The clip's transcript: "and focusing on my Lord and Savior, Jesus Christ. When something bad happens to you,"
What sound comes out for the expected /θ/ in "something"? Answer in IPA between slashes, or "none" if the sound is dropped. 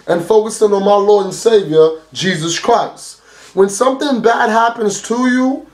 /θ/